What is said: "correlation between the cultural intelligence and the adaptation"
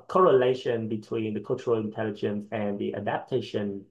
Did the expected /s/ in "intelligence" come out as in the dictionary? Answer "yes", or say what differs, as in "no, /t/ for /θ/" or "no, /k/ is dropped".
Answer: yes